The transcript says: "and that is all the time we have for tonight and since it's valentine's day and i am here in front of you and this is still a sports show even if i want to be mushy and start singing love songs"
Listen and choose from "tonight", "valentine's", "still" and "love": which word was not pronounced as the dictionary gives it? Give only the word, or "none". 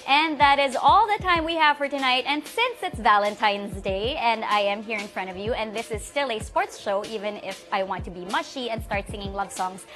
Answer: none